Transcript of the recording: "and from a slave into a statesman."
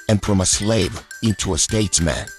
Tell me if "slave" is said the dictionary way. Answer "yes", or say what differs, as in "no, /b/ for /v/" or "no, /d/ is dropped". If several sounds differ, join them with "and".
yes